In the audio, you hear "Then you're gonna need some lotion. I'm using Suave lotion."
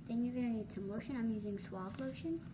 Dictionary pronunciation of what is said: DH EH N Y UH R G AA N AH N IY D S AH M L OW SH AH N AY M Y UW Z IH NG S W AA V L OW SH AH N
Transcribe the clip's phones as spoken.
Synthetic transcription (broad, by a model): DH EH N Y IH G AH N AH N IY D S AH M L OW SH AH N AY M Y UW Z IH NG S W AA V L OW SH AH N